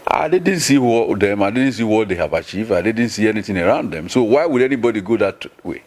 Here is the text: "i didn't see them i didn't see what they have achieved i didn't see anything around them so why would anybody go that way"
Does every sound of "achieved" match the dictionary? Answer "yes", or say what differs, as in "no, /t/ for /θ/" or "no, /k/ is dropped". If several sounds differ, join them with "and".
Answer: yes